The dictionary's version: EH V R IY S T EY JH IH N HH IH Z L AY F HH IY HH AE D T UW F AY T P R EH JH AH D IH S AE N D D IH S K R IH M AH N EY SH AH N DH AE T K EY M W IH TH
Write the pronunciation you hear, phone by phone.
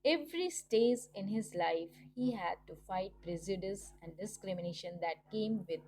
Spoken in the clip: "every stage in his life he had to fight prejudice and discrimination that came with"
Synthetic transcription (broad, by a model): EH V R IY S T EY Z IH N HH IH Z L AY F HH IY HH AE D T UW F AY T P R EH Z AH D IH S AE N D D IH S K R IH M AH N EY SH AH N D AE T K EY M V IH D